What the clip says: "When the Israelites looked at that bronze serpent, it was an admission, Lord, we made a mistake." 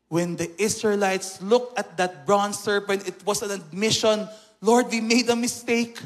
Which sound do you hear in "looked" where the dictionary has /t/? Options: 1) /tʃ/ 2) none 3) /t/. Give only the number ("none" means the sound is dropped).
3